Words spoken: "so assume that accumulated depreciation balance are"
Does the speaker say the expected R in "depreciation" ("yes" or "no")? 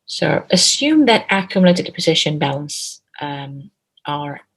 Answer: no